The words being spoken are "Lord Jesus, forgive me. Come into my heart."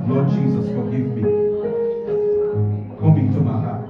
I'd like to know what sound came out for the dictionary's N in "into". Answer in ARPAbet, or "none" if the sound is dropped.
none